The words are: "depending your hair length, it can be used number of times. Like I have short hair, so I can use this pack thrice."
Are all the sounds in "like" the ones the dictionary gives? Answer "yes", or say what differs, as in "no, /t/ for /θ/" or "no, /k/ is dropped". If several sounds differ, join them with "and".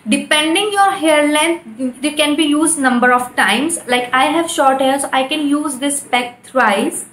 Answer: yes